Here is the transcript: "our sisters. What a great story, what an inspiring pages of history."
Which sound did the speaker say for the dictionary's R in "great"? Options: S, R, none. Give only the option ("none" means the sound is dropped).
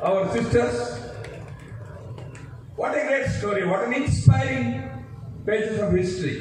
none